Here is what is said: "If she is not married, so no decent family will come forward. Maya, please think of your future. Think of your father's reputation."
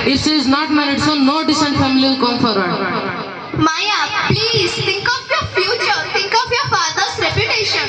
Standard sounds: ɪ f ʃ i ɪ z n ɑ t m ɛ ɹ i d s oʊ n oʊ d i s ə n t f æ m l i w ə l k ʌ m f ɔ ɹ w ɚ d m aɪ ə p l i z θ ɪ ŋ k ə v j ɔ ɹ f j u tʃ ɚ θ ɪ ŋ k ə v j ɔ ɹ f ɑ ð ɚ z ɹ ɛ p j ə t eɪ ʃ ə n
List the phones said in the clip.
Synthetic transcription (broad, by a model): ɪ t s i ɪ z n ɑ t m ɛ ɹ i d s oʊ n oʊ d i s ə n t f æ m i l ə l k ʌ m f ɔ ɹ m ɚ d m aɪ ə p l i z t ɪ ŋ k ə f j ɔ ɹ f j u tʃ ɚ t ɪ ŋ k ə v j ɔ ɹ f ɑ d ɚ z ɹ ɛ p j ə t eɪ ʃ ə n